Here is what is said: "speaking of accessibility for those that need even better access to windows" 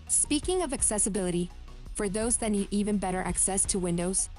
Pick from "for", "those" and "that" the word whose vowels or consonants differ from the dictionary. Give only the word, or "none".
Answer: none